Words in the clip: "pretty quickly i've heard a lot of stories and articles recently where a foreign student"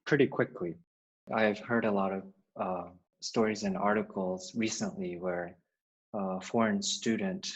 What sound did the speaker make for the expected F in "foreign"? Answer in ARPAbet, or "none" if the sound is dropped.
F